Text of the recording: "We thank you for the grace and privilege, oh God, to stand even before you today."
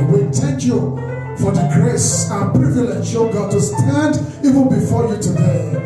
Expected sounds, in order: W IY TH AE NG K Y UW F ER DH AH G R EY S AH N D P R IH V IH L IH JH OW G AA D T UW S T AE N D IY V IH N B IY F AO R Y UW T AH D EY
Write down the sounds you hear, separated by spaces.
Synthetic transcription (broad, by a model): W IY T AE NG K Y UW F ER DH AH G R EY S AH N P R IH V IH L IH SH OW G AA D T UW S T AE N D IY V IH N B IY F AO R Y UW T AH D EY